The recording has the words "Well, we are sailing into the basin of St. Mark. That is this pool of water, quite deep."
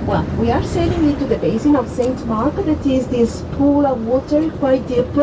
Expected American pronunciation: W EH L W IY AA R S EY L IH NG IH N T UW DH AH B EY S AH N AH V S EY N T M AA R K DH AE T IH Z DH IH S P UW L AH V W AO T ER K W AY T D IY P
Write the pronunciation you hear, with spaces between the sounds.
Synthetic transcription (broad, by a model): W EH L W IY AA R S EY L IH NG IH T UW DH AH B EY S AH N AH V S EY N T M AA R K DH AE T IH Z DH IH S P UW L AH V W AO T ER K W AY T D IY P